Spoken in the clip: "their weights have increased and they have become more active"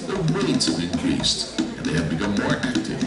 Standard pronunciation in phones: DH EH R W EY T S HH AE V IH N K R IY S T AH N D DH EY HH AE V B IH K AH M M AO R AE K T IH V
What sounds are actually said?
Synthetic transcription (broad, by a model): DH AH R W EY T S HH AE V IH N K R IY S T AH N DH EY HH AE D B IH K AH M M AO R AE K T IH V